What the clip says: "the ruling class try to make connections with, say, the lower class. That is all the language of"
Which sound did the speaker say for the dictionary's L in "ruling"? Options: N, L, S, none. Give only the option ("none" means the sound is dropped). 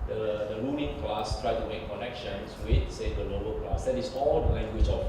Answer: N